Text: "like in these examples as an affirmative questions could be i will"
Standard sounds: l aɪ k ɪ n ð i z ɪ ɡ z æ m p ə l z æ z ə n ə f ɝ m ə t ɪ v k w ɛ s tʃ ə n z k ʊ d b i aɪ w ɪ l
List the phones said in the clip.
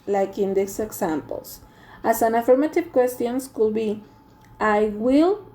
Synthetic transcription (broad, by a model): l aɪ k ɪ n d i s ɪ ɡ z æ m p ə l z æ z ə n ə f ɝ m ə t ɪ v k w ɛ s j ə n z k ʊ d b i aɪ w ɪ l